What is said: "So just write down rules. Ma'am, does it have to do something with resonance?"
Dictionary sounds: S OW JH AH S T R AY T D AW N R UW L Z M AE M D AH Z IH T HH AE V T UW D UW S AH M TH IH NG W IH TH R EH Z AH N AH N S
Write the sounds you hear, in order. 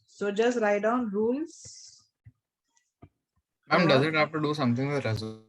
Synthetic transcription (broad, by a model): S OW JH AH S T R AY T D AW N R UW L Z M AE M D AH Z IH T HH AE F T UW D UW S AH M T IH NG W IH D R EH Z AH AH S